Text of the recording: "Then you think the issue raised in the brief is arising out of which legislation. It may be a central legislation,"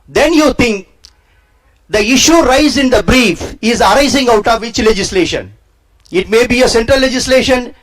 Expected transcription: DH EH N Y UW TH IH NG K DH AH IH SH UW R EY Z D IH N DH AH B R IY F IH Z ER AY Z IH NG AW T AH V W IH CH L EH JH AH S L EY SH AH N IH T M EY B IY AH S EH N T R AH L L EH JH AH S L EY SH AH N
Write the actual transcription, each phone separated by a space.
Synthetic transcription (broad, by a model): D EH N Y UW T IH NG K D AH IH SH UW R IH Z IH N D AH B R IY F IH Z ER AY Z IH NG AW T AH V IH CH L EH JH AH S L EY SH AH N IH T M EY B IY AH S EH N T R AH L L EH JH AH S L EY SH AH N